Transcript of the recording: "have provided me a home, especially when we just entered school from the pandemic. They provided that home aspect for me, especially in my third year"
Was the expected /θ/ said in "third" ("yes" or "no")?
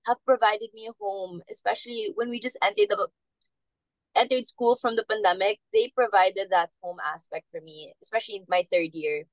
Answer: yes